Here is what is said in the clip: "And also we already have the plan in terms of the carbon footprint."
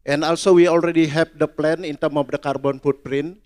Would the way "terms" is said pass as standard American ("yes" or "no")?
no